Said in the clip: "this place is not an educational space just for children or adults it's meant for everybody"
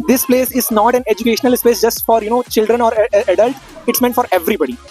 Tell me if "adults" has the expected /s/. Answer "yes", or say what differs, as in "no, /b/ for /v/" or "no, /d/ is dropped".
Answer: no, /s/ is dropped